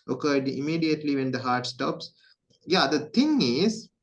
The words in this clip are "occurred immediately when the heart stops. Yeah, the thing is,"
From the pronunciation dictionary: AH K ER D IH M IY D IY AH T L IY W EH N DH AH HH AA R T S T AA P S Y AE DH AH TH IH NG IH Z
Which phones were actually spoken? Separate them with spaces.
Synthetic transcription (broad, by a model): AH K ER D IH M IY D IY AH T L IY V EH N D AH HH AA R T S T AA P S Y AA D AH T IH NG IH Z